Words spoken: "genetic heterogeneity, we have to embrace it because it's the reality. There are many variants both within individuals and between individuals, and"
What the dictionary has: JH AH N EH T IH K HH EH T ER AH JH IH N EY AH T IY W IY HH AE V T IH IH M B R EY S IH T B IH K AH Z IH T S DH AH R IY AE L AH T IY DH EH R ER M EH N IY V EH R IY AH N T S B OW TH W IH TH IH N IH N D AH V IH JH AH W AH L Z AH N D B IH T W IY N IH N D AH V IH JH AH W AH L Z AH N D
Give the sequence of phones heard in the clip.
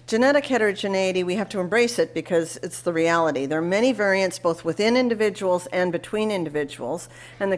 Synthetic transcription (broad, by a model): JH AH N EH T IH K HH EH T ER AH JH IH N EY AH T IY W IY HH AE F T IH IH M B R EY S IH T B IH K AH Z IH T S DH AH R IY AE L AH T IY DH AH R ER M EH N IY V EH R IY AH N T S B OW TH W IH TH IH N IH N D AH V IH JH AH W L Z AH N B IH T W IY N IH N D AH V IH JH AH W L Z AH N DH